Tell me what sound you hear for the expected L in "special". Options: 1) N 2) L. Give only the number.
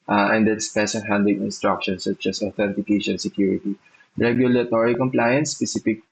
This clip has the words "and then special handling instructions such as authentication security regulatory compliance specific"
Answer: 1